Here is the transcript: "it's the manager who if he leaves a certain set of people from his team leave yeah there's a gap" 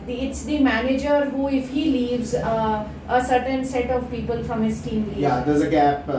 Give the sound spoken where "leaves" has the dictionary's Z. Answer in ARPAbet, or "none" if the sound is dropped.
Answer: Z